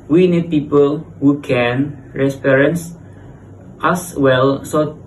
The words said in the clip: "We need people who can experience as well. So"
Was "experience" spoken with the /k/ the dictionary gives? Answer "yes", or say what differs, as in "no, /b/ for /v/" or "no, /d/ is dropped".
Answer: no, /k/ is dropped